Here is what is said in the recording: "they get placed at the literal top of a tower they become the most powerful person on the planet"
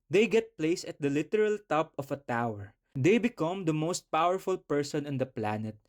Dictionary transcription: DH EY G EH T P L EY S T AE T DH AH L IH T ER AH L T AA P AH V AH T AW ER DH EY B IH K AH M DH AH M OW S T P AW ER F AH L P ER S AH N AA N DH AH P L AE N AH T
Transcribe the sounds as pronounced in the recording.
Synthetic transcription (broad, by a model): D EY G EH T P L EY S AH T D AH L IH T ER AH L T AA P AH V AH T AW ER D EY B IH K AH M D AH M OW S T P AW ER F AH L P ER S AH N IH N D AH P L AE N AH T